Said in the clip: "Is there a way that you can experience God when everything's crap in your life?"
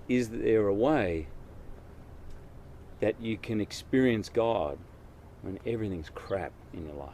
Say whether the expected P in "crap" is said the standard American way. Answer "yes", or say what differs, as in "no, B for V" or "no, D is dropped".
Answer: yes